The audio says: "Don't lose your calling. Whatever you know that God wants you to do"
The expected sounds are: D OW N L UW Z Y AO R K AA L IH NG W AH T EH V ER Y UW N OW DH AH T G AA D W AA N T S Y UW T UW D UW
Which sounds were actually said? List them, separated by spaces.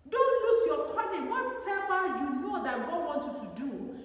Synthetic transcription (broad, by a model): D OW N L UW S Y AO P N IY N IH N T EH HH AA Y UW N OW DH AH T G AA D W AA N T Y UW T UW D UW